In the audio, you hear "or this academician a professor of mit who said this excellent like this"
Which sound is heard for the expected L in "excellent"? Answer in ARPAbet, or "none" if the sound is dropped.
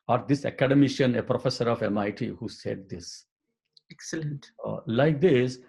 L